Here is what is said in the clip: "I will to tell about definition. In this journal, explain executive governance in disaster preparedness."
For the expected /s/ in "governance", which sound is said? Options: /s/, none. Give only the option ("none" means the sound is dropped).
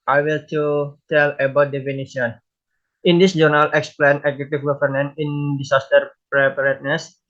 none